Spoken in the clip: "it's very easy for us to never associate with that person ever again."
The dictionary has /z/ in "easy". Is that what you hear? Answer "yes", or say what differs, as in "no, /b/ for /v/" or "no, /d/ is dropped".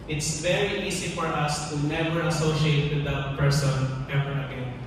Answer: no, /s/ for /z/